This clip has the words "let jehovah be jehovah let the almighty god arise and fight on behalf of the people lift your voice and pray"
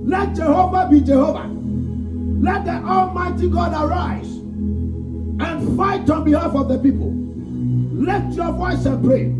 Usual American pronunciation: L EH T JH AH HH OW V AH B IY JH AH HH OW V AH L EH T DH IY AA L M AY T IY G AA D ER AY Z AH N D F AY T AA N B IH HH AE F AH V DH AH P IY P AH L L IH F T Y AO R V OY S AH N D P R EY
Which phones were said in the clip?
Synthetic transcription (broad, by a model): L EH T JH AH HH OW V AH B IY JH AH HH OW V AH L EH T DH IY AA L M AY T IY G AA D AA AY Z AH N F AY T AA N B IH HH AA F AH V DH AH P IY P AH L L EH T Y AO V OY S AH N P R EY